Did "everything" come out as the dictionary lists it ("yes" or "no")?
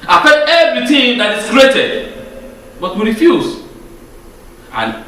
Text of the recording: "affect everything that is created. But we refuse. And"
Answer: no